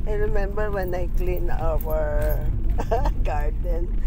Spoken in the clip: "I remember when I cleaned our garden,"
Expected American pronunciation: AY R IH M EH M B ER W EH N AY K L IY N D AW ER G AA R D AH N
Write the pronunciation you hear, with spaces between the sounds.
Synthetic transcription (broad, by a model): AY R IH M EH M B ER W EH N AY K L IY N AW ER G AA R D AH N